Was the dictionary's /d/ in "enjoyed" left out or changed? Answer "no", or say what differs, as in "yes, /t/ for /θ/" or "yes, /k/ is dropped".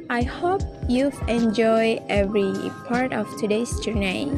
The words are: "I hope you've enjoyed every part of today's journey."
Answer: yes, /d/ is dropped